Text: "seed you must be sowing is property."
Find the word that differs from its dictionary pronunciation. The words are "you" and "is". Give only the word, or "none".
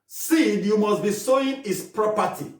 is